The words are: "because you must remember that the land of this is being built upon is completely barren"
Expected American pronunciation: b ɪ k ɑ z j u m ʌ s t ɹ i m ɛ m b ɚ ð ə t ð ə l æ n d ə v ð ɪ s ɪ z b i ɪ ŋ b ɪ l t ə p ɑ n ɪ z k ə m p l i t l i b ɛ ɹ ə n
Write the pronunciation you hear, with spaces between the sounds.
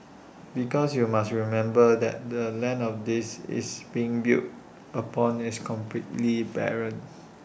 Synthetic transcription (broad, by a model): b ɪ k ɑ s j u m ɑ s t ɹ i m ɛ m b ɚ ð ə t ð ə l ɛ n ə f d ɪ s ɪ s b i ɪ ŋ b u t ə p ɑ n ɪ s k ə m p l i t l i b ɛ ɹ ə n